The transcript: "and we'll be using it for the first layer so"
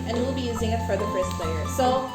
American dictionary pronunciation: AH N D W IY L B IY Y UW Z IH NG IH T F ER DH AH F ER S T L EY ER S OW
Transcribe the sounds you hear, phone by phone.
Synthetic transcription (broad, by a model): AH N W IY L B IY Y UW Z IH NG IH T F ER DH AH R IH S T L EY ER S OW